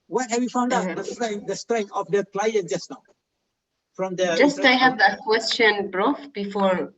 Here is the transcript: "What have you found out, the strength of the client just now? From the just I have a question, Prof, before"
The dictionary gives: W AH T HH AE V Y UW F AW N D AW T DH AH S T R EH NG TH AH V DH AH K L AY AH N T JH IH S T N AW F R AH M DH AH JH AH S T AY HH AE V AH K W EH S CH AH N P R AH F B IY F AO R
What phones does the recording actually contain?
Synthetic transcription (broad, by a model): W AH T HH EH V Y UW F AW N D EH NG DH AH S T R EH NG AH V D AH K L AY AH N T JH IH S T N AW F R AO M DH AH JH AH S T AY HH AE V AH K W EH S CH AH N B R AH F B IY F AO R